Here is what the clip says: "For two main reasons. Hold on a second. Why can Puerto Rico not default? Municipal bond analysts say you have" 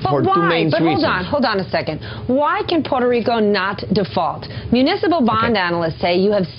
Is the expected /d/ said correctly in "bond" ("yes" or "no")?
yes